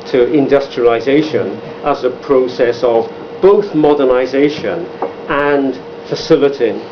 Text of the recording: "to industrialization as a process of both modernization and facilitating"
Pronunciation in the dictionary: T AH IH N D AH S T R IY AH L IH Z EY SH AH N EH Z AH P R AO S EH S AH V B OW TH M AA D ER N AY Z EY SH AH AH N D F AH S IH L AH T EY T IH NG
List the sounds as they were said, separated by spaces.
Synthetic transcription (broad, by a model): T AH IH N D AH S T R IY AH L IH Z EY SH AH N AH Z AH P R AO S EH S AH V B OW TH M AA D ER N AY Z EY SH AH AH N F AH S IH L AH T T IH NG